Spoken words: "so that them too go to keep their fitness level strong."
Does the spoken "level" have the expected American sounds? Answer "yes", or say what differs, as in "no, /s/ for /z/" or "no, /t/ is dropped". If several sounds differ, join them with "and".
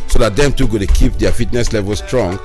yes